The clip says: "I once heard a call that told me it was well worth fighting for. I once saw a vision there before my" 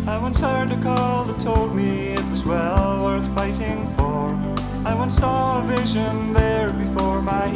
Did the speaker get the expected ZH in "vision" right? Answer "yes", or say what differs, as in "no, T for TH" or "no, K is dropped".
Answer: yes